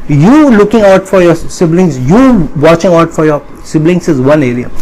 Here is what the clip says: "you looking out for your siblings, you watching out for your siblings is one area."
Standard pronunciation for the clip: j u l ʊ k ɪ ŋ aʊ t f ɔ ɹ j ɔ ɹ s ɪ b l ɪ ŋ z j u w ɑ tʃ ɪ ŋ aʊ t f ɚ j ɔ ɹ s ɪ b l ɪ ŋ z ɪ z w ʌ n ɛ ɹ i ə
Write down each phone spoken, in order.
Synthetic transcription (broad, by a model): j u l ʊ k ɪ ŋ aʊ t f ɔ ɹ j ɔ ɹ s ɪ b l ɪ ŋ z j u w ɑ tʃ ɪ ŋ aʊ t f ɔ j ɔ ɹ s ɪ b l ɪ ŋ s ɪ z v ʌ n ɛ ɹ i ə